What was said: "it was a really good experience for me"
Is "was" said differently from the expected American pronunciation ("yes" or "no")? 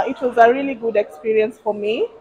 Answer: no